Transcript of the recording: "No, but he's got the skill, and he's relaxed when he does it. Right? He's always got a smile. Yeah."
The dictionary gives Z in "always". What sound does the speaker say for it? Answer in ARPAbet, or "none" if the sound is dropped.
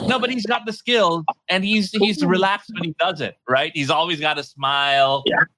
Z